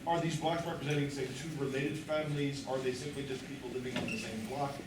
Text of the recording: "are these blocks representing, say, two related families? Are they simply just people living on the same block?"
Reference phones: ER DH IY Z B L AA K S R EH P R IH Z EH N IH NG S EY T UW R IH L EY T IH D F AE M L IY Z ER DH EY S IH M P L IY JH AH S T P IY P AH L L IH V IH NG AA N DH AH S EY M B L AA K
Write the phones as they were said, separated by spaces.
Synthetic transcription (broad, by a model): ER DH IY Z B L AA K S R EH P R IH Z EH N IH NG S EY T UW R IH L EY T IH D F AE M L IY Z ER DH EY S IH M P L IY JH AH S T P IY P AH L L IH V IH NG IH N DH AH S EY M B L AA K